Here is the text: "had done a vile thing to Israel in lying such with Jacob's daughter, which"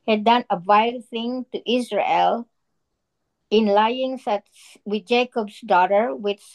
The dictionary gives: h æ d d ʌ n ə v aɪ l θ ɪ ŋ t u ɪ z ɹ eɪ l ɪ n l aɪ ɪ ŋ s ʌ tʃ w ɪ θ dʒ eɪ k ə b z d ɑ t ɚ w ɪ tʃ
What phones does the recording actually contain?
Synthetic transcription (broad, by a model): h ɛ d d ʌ n ə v aɪ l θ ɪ ŋ t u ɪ s ɹ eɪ l ɪ n l aɪ ɪ ŋ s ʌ s w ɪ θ dʒ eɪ k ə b s d ɑ t ɚ w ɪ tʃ